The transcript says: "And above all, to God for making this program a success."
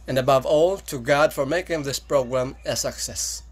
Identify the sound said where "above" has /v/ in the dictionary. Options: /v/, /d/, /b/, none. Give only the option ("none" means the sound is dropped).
/v/